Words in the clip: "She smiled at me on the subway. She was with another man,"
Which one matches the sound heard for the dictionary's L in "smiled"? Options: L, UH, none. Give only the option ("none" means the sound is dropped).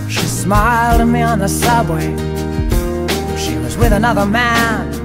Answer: L